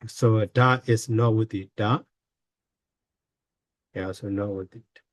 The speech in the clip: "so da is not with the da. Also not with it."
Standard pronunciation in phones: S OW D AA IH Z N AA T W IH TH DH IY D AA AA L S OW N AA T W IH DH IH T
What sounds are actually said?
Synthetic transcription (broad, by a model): S OW D AA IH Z N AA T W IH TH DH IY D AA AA S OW N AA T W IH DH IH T